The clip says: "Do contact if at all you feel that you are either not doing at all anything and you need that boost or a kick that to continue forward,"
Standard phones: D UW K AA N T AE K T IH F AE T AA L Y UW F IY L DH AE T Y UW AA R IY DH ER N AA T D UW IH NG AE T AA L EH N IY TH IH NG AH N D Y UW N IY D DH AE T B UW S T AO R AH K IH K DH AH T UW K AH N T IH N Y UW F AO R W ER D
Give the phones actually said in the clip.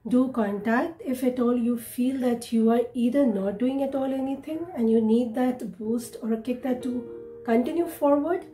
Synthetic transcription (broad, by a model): D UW K AA N T AE K T IH F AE T AA L Y UW F IY L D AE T Y UW AA R IY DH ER N AA T D UW IH NG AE T AA L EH N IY T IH NG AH N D Y UW N IY D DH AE T B UW S T AO R K IH K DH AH T UW K AH N T IH N Y UW F AO R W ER D